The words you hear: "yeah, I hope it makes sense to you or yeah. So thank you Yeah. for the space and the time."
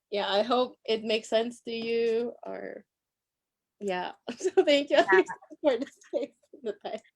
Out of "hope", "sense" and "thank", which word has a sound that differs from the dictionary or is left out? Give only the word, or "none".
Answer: none